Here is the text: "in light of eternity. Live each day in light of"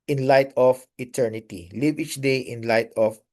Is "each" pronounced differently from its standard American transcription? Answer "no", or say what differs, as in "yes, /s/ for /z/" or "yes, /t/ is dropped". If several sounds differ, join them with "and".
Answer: no